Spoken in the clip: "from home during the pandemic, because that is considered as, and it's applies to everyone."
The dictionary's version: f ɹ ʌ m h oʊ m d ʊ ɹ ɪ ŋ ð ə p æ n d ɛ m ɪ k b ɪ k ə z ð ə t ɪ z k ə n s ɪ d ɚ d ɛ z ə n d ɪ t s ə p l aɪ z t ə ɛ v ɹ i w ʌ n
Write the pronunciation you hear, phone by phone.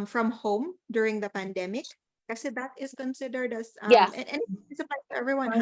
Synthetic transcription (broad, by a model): f ɹ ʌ m h oʊ m d ʊ ɹ ɪ ŋ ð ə p æ n d ɛ m ɪ k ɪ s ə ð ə t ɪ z k ə n s ɪ d ɚ d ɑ s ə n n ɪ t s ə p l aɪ t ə ɛ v ɹ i w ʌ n